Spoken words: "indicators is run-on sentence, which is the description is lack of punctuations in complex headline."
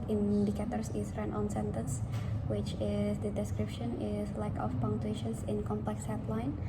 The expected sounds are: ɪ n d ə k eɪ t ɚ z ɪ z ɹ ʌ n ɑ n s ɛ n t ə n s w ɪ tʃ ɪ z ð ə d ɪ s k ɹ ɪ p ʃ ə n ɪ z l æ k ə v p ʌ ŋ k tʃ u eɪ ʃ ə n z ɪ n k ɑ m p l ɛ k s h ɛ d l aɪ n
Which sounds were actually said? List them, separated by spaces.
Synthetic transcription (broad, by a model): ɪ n d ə k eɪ t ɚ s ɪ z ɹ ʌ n ɑ n s ɛ n t ə n s w ɪ tʃ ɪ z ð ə d ɪ s k ɹ ɪ p ʃ ə n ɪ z l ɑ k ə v p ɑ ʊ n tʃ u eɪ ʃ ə n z ɪ n k ɑ m p l ɛ k s h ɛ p l aɪ n